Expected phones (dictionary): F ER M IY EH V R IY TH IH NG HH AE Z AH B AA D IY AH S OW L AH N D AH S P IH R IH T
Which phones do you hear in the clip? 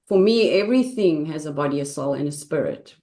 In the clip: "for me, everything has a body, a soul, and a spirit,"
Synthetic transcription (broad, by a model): F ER M IY EH V R IY TH IH NG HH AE Z AH B AA D IY AH S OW L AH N AH S P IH R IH T